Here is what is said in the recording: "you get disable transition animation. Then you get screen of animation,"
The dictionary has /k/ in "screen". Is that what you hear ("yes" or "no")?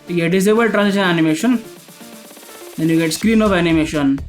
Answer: yes